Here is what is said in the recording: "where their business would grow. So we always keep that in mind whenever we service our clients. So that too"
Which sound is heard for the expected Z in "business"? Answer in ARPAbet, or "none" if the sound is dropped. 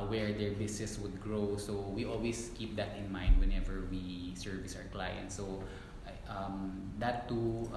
S